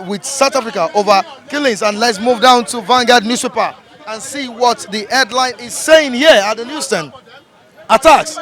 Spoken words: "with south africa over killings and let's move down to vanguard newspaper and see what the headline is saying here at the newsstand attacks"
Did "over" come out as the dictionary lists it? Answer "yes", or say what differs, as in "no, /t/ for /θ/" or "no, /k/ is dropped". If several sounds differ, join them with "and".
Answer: yes